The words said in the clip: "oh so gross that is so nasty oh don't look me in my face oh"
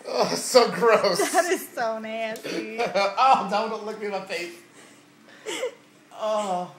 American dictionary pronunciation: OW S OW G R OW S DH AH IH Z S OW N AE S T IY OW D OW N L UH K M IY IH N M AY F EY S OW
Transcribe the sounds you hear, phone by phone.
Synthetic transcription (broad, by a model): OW S OW G R OW S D IH Z S OW N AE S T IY OW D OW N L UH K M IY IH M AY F EY TH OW